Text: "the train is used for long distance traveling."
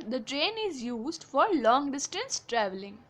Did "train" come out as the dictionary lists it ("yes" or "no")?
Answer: yes